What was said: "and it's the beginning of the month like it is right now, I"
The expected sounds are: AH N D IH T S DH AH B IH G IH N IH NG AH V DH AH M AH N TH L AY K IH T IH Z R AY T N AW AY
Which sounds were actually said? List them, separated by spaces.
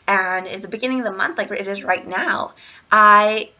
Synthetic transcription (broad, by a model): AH N IH T S DH AH B IH G IH N IH NG AH V DH AH M AH N TH L AY K IH T IH Z R AY T N AW AY